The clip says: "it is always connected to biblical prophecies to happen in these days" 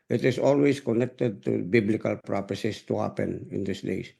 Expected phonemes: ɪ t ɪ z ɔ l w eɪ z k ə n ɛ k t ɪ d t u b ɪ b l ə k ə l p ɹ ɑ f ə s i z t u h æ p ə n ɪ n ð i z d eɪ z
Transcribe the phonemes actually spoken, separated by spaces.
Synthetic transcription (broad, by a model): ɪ t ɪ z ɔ l w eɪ s k ə n ɛ k t ɪ d t u b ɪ b l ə k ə l p ɹ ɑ p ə s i s t u h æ p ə n ɪ n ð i s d eɪ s